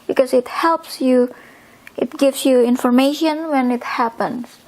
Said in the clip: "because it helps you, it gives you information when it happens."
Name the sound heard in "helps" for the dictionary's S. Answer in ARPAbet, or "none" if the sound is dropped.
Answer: S